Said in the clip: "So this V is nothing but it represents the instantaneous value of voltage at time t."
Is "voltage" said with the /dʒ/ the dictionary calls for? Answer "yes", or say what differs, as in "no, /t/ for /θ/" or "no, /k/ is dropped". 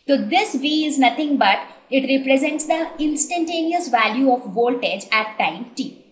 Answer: yes